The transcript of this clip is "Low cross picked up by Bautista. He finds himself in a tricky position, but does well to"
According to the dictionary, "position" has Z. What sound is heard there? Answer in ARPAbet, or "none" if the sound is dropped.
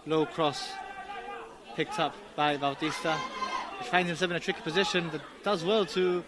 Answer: Z